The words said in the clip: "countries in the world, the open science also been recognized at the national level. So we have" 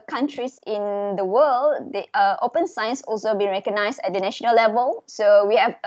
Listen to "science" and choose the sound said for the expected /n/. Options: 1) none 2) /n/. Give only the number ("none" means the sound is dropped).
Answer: 2